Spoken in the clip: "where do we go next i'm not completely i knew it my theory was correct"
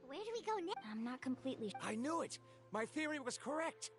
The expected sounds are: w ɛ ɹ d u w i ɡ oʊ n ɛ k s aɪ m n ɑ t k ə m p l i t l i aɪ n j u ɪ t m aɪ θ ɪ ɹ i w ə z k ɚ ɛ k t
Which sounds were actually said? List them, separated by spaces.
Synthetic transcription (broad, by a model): w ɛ ɹ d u w i ɡ oʊ n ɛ aɪ m n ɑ t k ə m p l i t l i aɪ n j u ɪ t m aɪ θ ɪ ɹ i w ə z k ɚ ɛ k t